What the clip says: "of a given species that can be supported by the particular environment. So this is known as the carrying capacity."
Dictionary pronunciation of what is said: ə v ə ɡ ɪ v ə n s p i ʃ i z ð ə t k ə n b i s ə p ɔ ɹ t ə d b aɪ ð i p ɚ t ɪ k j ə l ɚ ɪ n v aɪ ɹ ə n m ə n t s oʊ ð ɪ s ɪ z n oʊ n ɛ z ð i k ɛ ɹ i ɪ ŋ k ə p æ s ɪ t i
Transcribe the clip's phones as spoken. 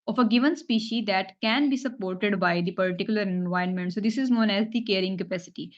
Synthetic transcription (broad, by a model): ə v ə ɡ ɪ v ə n s p i ʃ i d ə t k ə n b i s ə p ɔ ɹ t ə d b aɪ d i p ɚ t ɪ k j ə l ɚ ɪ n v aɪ ə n m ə n t s oʊ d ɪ s ɪ z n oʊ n ɛ z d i k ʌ ɹ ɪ ŋ k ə p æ s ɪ t i